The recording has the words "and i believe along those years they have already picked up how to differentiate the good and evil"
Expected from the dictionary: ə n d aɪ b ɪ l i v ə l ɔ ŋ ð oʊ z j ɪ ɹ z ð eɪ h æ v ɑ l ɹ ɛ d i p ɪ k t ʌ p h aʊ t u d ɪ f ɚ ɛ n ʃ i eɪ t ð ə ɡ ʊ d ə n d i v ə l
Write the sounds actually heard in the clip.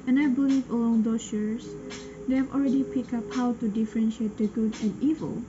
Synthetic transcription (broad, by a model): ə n aɪ b ɪ l i v ə l ɔ ŋ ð oʊ s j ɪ ɹ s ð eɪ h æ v ɑ l ɹ ɛ d i p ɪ k ʌ p h aʊ t u d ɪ f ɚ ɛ n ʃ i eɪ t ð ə ɡ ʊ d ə n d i v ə l